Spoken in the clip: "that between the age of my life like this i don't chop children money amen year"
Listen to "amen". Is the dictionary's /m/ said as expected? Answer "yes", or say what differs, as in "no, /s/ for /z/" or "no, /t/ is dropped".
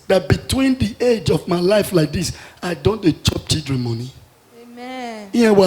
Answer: no, /m/ is dropped